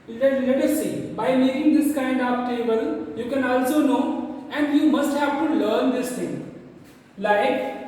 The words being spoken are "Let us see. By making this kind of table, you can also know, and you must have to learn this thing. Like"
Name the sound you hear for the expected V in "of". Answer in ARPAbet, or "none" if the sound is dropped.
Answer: P